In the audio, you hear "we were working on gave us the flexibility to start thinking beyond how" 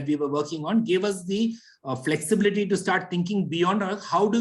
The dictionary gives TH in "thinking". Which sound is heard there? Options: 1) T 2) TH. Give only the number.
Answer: 1